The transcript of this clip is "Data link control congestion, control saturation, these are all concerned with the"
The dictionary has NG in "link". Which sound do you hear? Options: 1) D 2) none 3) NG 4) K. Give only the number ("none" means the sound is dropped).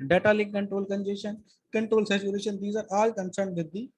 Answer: 2